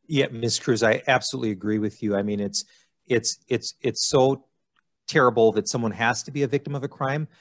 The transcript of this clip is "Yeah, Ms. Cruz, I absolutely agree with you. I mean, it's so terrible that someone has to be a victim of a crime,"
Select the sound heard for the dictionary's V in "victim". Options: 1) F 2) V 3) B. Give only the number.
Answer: 2